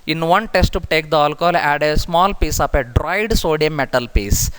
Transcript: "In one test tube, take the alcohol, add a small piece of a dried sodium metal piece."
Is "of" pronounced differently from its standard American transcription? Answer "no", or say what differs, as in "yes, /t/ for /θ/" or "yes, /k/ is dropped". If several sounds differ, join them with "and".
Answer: yes, /p/ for /v/